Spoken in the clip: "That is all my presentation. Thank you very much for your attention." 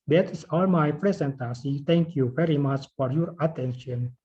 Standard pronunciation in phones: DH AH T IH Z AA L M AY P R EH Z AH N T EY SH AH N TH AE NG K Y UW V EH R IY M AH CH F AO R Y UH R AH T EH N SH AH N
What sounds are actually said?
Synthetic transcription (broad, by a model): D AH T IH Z AA L M AY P R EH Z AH N T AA S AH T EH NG K Y UW V EH R IY M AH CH F AO R Y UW R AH T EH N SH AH N